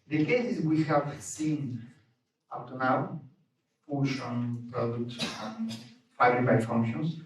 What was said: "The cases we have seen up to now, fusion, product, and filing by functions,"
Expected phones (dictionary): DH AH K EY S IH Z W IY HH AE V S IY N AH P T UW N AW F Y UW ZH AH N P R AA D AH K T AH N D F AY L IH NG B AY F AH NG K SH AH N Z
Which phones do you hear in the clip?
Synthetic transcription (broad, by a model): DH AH K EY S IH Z W IY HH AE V S IY N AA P T UW N AW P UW SH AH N P R AA D AH K T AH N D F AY IH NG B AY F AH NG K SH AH N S